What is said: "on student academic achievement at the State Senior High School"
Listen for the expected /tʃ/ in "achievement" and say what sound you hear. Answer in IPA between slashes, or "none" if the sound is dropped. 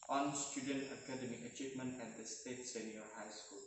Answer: /tʃ/